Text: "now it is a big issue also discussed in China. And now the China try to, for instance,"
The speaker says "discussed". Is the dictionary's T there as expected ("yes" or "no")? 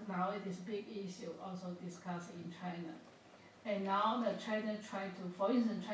no